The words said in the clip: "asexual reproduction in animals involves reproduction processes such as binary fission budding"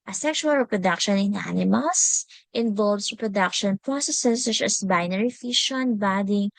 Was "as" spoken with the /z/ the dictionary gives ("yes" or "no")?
no